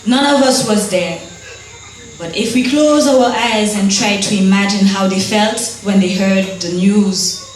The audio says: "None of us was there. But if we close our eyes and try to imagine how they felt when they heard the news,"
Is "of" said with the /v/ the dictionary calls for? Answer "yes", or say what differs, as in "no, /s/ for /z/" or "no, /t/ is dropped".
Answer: yes